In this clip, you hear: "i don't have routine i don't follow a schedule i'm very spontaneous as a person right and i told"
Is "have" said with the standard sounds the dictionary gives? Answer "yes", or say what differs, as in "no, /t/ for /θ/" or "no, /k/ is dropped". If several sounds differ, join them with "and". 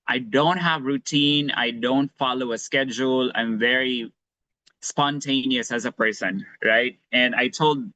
yes